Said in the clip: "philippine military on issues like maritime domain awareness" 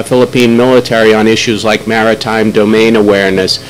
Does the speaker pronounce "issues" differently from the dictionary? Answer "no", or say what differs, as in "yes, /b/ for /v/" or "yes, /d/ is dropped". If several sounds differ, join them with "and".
no